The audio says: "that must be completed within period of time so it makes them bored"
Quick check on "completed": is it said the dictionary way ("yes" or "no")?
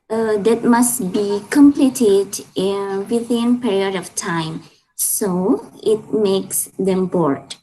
yes